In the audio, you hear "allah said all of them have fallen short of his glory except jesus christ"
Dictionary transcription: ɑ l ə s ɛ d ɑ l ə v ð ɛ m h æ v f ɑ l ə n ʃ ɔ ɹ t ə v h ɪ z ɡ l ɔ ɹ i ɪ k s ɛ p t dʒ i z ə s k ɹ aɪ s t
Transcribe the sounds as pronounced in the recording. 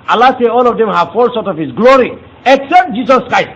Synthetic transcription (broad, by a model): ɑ l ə s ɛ ɑ l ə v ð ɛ m h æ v f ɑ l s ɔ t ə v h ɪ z ɡ l ɔ ɹ i ɪ k s ɛ p t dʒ i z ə s k ɹ aɪ s t